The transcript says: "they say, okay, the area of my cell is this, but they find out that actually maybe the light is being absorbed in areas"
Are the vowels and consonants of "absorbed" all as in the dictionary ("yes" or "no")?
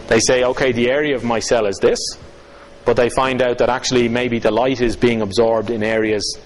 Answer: yes